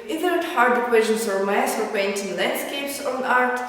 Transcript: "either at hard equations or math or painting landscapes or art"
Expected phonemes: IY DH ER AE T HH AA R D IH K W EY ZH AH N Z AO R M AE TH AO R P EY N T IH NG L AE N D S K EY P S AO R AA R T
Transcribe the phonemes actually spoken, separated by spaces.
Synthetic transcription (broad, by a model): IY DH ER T HH AA R D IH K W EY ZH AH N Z AO R M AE S AO R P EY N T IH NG L AE N D S K EY P S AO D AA R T